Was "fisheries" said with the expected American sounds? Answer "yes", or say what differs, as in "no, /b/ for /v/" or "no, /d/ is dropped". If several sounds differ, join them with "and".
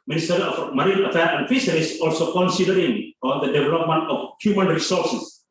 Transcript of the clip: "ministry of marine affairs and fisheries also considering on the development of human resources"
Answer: no, /s/ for /ʃ/ and /s/ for /z/